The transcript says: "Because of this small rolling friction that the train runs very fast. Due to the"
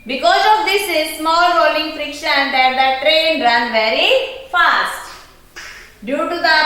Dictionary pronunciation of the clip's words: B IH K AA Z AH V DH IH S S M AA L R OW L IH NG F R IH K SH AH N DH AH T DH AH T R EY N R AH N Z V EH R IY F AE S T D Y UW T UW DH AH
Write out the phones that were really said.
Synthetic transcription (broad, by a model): B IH K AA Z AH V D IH S S M AA L R OW L IH NG F R IH K SH AH N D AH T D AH T R EY N R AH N V EH R IY F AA S T D Y UW T UW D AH